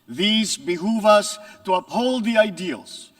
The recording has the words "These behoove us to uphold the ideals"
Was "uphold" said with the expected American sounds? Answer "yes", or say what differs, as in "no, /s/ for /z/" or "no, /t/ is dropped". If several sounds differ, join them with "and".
yes